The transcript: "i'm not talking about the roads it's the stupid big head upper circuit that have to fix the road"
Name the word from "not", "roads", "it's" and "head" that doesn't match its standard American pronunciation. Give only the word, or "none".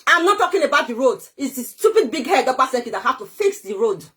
roads